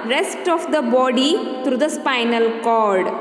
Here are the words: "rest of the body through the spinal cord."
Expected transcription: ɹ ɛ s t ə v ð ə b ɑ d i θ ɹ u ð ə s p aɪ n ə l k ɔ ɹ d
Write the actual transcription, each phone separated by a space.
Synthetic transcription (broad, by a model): ɹ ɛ s t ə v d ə b ɑ d i t ɹ u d ə s p aɪ n ə l k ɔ ɹ d